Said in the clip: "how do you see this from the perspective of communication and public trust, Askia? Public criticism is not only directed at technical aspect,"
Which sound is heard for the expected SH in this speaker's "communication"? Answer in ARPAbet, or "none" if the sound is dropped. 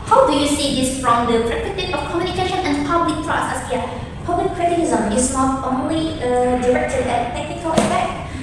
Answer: SH